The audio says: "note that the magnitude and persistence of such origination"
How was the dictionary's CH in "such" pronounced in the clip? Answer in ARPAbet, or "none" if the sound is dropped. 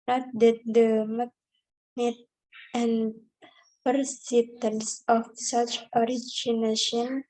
CH